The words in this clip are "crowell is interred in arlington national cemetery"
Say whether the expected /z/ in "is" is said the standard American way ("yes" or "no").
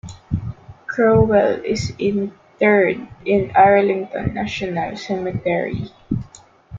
no